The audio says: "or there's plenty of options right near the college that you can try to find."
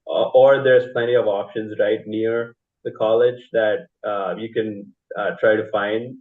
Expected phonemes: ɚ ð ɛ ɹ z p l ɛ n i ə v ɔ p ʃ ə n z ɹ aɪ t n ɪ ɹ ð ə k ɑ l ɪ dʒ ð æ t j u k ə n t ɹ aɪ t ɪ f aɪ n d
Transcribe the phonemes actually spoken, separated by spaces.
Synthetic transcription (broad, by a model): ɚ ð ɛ ɹ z p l ɛ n i ə v ɔ p ʃ ə n z ɹ aɪ t n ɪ ɹ ð ə k ɑ l ɪ dʒ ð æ t j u k ə n t ɹ aɪ t ɪ f aɪ n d